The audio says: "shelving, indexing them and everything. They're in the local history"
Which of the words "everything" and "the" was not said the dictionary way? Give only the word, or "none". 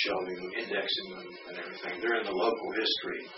none